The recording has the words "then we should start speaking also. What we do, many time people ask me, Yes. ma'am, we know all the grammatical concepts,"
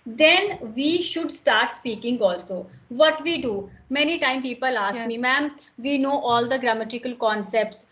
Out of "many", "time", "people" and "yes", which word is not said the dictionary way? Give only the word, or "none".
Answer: yes